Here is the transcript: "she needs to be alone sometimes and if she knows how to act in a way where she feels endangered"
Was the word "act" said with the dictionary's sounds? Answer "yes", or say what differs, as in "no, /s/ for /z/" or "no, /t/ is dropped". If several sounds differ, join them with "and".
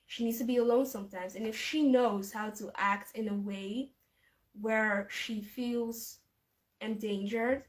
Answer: yes